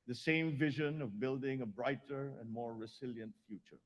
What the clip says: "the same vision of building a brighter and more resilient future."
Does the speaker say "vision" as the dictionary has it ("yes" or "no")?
yes